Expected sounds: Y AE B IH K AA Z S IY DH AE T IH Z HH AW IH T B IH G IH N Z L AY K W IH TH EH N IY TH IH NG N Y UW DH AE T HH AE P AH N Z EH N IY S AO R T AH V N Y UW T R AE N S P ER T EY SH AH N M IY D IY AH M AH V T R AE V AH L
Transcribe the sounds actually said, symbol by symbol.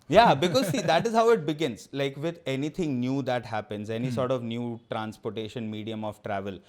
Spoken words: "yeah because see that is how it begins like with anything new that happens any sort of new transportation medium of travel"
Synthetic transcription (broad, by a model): Y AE B IH K AA Z S IY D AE T IH Z HH AW IH T B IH G IH N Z L AY K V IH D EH N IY T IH NG N Y UW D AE T HH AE P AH N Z EH N IY S AO R T AH V N Y UW T R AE N S P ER T EY SH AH N M IY D IY AH M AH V T R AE V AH L